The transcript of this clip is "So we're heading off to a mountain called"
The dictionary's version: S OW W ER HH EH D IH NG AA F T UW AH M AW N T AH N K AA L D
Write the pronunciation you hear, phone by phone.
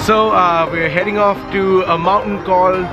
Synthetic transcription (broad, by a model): S OW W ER HH EH D IH NG AA F T UW AH M AW N T AH N K AA L